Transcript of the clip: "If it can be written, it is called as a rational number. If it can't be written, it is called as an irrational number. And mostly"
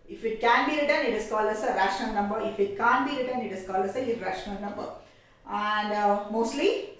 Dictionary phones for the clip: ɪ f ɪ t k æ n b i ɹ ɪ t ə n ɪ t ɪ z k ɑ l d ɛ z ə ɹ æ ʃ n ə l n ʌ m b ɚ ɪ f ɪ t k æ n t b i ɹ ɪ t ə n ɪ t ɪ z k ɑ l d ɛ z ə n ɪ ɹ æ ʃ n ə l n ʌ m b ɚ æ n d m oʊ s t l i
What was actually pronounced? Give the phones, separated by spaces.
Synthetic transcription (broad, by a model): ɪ f ɪ t k æ n b i ɹ ɪ t ə n ɪ t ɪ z k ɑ l ʌ s ə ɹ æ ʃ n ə n n ʌ m b ɚ ɪ f ɪ t k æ n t b i ɹ ɪ t ə n ɪ t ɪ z k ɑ l ʌ s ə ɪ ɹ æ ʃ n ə n n ʌ m b ɚ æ n d m oʊ s t l i